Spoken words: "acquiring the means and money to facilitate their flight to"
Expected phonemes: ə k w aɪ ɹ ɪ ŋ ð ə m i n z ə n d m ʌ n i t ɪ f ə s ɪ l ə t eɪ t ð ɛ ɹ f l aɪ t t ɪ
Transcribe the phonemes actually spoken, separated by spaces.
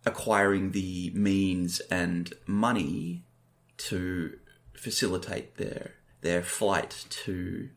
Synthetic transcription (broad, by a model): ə k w aɪ ɹ ɪ ŋ ð ə m i n z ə n m ʌ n i t ɪ f ə s ɪ l ə t eɪ t ð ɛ ɹ f l aɪ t t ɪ